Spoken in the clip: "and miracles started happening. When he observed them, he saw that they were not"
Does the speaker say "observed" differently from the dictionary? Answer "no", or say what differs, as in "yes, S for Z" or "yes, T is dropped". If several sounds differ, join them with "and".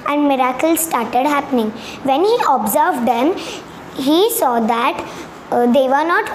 no